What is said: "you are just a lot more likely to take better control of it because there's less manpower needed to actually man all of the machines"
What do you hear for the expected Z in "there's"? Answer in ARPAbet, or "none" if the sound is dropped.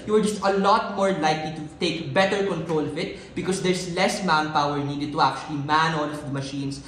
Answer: S